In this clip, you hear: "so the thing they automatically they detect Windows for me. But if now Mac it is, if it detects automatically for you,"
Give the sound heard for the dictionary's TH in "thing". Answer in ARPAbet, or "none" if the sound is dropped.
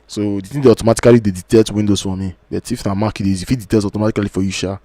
T